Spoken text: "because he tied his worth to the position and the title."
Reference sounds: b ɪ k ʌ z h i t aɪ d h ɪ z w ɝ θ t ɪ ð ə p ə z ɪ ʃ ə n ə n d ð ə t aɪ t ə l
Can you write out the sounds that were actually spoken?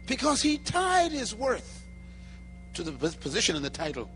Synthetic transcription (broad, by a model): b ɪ k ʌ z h i t aɪ d h ɪ z w ɝ θ t ɪ ð ə p ə z ɪ ʃ ə n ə n ð ə t aɪ t l